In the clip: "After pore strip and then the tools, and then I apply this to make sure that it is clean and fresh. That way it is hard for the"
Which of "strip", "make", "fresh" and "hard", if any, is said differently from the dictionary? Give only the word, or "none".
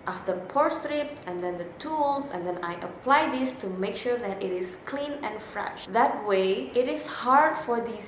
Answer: none